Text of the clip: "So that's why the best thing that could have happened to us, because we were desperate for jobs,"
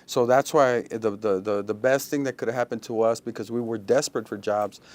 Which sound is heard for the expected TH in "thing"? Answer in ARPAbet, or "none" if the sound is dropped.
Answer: TH